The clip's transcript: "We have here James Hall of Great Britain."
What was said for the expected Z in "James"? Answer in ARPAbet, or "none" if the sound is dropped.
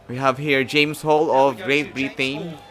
S